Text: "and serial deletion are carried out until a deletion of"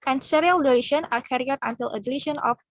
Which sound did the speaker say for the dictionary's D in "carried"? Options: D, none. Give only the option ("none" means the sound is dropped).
none